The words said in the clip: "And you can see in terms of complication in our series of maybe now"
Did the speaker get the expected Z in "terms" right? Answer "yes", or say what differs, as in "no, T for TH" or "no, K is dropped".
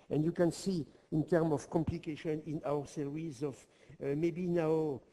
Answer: no, Z is dropped